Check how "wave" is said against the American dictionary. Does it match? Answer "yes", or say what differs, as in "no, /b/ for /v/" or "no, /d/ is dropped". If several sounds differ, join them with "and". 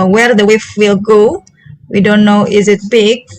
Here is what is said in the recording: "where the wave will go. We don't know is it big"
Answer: no, /f/ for /v/